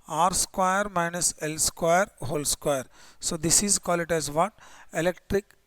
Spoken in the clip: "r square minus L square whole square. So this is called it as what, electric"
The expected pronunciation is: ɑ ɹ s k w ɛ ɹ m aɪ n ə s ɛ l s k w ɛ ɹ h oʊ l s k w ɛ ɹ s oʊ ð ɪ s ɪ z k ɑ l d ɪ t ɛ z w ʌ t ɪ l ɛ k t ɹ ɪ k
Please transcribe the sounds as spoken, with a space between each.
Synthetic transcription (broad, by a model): ɑ ɹ s k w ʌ ɹ m aɪ n ə s ɛ l s k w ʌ ɹ h oʊ l s k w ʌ ɹ s oʊ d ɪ s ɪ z k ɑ l ɪ t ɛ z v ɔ t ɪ l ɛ k t ɹ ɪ k